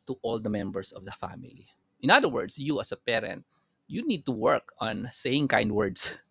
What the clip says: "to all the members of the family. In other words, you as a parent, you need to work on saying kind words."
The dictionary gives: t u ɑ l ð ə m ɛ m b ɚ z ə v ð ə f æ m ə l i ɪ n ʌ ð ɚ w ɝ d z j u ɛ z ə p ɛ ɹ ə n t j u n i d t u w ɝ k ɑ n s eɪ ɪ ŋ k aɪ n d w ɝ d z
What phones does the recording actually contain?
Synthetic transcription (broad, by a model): t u ɑ l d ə m ɛ m b ɚ s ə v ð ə f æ m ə l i ɪ n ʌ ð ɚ w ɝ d s j u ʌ s ə p ɛ ɹ ə n t j u n i d t u w ɝ k ɑ n s eɪ ɪ ŋ k aɪ n d w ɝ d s